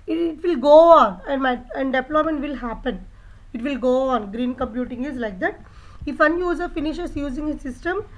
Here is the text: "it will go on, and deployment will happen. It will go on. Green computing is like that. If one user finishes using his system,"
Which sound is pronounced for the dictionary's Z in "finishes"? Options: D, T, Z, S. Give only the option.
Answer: S